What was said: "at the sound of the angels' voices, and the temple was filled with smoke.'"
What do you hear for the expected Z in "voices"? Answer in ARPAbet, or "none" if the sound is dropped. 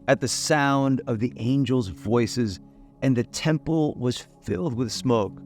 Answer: Z